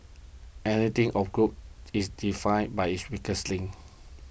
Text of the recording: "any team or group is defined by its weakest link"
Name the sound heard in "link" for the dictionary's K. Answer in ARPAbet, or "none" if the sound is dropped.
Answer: none